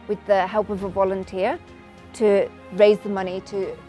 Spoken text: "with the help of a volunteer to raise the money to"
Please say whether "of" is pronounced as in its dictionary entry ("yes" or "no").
yes